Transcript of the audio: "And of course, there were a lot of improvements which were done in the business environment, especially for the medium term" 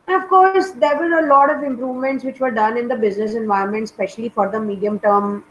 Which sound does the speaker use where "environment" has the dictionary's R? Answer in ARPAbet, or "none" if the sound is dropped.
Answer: none